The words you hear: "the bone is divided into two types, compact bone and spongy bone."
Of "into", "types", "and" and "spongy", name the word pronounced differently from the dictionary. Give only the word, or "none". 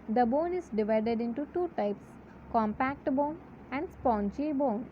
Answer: spongy